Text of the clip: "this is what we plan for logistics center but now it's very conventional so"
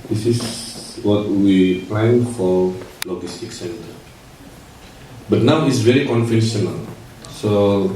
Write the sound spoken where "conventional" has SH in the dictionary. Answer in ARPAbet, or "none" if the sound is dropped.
S